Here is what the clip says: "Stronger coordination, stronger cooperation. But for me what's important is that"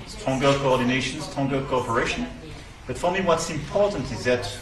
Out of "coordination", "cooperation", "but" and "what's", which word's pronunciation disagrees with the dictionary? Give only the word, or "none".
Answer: none